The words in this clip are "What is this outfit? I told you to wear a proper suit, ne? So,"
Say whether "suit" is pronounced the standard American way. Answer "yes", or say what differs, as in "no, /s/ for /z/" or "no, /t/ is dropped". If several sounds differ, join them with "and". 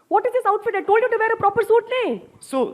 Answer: yes